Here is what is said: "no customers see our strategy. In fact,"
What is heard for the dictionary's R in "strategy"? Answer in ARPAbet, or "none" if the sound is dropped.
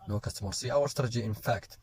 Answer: none